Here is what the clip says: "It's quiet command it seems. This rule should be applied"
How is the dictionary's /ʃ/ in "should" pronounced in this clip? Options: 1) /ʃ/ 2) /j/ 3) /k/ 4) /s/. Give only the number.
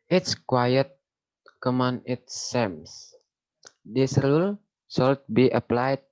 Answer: 4